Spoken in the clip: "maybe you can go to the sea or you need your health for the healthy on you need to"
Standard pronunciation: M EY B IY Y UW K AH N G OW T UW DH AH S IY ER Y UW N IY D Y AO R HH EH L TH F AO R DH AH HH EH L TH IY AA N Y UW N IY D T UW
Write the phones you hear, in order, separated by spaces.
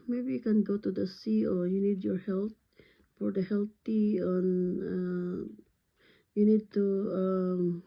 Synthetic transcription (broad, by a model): M EY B IY Y UW K AH N G OW T UW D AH S IY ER Y UW N IY D Y AO R HH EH L T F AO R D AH HH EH L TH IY AA N Y UW N IY D T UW